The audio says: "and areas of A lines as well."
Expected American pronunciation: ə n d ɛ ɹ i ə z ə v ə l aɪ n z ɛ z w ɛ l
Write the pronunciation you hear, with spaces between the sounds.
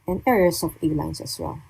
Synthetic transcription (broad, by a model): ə n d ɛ ɹ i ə s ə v ə l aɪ n s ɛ s w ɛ l